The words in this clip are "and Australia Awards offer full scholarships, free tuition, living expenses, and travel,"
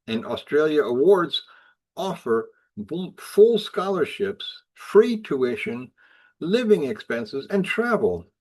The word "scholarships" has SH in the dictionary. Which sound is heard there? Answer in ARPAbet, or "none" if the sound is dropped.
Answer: SH